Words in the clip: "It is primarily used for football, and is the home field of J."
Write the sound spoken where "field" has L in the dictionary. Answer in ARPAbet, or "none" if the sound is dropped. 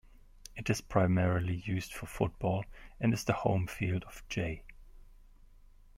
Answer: L